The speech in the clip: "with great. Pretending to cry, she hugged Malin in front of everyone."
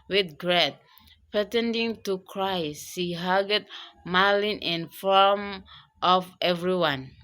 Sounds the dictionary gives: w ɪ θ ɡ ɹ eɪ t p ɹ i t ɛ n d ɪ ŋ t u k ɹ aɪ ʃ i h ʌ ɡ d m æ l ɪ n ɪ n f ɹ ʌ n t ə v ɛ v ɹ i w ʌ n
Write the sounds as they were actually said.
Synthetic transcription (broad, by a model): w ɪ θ ɡ ɹ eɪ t p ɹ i t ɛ n d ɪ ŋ t u k ɹ aɪ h i h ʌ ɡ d m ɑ l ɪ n ɪ n f ɔ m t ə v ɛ v ɹ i w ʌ n